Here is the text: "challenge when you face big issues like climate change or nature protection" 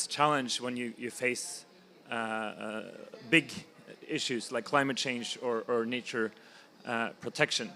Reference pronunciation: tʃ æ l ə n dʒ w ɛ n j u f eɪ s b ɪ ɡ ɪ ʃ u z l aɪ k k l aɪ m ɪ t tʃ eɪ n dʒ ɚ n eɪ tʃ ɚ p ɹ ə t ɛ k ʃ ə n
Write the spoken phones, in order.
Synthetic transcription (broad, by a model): tʃ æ l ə n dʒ w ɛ n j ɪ f eɪ s b ɪ ɡ ɪ ʃ u z l aɪ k k l aɪ m ɪ t tʃ eɪ n dʒ ɚ n eɪ tʃ ɚ p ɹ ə t ɛ k ʃ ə n